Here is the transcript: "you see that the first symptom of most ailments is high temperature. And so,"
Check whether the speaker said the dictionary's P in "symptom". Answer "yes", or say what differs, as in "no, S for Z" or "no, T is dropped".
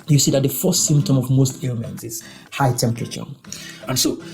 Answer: yes